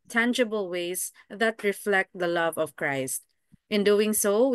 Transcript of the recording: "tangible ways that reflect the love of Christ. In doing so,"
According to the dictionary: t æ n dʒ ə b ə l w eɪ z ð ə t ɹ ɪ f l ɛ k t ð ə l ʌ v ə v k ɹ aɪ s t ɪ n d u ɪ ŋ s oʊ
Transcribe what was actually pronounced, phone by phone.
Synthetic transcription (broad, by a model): t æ n dʒ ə b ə l w eɪ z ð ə t ɹ ɪ f l ɛ k t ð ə l ʌ v ə v k ɹ aɪ s t ɪ n d u ɪ ŋ s oʊ